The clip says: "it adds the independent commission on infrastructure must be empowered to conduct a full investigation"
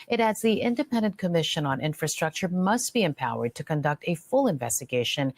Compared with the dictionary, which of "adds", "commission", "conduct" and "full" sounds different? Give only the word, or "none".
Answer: none